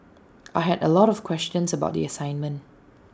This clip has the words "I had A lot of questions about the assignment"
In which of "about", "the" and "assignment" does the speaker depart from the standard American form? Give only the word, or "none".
none